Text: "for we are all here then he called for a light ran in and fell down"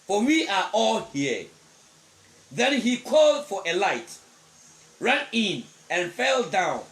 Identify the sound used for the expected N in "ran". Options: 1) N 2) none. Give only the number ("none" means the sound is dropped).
1